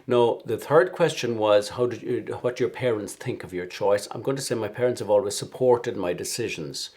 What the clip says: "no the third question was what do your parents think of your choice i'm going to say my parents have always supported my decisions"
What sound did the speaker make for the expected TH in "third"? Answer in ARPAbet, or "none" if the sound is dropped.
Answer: TH